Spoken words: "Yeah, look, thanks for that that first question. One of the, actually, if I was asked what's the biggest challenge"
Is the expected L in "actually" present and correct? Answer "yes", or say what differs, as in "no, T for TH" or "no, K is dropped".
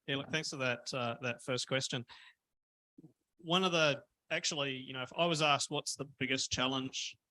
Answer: no, N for L